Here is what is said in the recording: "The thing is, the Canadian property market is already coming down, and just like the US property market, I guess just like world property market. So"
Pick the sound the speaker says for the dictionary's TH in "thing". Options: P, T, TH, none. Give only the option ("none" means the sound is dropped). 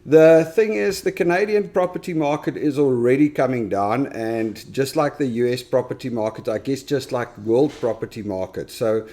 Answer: TH